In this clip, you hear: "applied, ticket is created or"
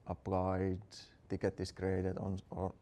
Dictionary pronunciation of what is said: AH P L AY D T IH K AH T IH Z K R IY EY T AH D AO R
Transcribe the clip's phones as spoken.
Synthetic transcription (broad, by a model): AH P L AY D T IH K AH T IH S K R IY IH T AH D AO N